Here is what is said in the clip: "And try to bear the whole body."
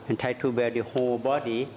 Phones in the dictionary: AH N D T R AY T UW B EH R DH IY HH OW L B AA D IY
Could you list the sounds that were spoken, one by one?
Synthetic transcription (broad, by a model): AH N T AY T UW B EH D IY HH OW B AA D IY